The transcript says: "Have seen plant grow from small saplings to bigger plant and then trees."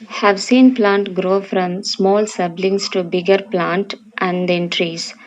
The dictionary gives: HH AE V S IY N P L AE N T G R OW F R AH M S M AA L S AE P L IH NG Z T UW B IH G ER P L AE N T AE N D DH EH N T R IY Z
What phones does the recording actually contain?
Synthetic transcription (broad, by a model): HH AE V S IY N P L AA N T G R OW F R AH M S M AA L S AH B L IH NG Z T UW B IH G ER P L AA N T AE N D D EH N T R IY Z